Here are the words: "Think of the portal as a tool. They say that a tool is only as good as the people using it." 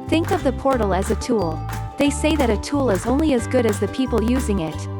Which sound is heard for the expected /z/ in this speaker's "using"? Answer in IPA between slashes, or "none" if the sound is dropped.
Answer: /z/